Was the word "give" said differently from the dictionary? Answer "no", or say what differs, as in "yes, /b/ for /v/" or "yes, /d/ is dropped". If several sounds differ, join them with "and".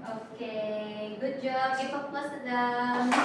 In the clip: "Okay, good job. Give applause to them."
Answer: yes, /f/ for /v/